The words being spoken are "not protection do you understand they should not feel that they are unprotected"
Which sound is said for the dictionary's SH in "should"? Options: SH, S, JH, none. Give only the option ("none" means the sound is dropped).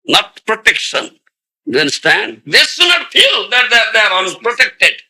S